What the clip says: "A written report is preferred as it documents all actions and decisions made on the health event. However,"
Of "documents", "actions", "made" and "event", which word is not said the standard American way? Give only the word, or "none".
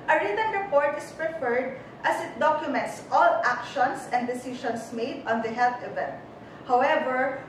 actions